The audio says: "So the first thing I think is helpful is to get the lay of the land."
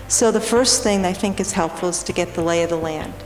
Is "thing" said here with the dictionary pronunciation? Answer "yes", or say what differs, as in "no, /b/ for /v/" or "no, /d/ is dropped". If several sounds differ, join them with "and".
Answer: yes